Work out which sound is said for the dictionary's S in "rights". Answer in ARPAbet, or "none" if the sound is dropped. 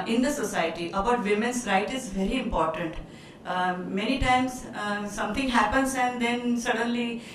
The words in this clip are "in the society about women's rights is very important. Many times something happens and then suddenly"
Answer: none